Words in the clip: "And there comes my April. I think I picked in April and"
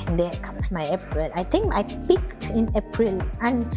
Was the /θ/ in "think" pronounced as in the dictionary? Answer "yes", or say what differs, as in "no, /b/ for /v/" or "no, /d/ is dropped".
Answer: no, /t/ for /θ/